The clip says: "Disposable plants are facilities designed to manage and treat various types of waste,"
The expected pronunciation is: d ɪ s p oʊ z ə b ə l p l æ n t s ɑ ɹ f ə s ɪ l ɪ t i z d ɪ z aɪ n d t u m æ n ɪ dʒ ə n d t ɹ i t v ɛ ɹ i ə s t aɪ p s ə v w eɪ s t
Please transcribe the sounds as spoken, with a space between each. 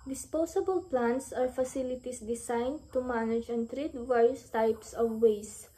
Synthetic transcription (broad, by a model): d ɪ s p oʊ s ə b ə l p l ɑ n t s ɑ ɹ f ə s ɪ l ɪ t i s d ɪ s aɪ n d t u m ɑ n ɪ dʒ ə n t ɹ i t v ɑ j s t aɪ p s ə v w eɪ s